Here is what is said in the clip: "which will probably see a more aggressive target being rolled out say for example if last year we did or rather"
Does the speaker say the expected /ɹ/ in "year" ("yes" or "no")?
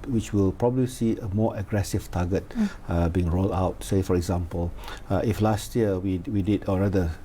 no